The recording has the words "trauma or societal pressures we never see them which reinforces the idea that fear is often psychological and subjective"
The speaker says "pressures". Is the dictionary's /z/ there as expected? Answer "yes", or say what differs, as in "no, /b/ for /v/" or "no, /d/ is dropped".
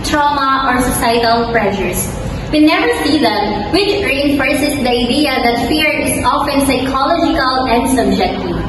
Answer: no, /s/ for /z/